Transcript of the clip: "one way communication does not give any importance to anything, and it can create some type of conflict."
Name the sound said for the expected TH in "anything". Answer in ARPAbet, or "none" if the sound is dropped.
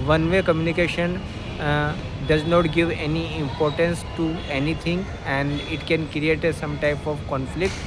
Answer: T